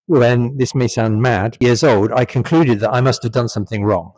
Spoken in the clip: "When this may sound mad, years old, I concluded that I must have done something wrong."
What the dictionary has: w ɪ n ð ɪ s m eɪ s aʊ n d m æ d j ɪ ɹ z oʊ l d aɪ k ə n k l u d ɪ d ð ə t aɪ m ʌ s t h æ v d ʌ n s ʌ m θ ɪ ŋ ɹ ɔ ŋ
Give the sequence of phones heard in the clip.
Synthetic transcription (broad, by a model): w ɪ n ð ɪ s m eɪ s aʊ n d m æ d j ɪ ɹ z oʊ l d aɪ k ə n k l u d ɪ d ð ə t aɪ m ʌ s t h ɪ v d ʌ n s ʌ m θ ɪ ŋ ɹ ɔ ŋ